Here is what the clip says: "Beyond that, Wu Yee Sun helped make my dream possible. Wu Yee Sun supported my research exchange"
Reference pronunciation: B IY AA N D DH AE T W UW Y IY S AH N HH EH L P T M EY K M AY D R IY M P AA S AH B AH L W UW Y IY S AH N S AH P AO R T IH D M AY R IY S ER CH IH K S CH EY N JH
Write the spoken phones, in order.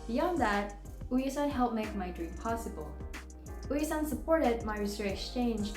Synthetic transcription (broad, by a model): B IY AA N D DH AE T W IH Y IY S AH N HH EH L P M EY K M AY D R IY M P AA S AH B AH L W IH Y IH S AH N S AH P AO R T IH D M AY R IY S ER IH K S CH EY N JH